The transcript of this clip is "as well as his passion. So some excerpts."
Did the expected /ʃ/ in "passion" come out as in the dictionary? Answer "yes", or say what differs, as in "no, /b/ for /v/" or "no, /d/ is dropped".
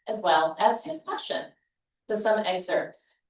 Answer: yes